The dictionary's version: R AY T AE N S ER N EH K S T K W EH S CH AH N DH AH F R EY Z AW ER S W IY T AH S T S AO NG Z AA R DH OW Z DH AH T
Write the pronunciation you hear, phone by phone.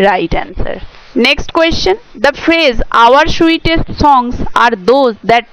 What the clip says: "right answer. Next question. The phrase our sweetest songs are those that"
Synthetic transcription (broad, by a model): R AY T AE N S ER N EH K S T K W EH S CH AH N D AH F R EY Z AW ER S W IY T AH S T S AO NG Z AA R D OW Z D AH T